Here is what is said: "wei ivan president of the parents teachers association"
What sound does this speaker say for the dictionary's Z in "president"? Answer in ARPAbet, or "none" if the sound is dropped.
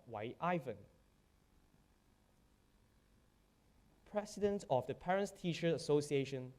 S